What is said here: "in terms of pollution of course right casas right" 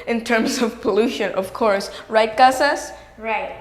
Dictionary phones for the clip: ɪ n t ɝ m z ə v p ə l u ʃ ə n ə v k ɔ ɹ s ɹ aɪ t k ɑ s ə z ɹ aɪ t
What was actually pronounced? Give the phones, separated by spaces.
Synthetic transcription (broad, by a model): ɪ n t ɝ m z ə v p ə l u ʃ ə n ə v k ɔ ɹ s ɹ aɪ t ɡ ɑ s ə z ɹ aɪ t